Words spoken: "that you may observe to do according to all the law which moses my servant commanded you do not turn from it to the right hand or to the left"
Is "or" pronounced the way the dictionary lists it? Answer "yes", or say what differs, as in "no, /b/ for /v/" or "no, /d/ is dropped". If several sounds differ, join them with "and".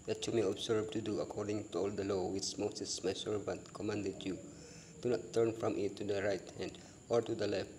yes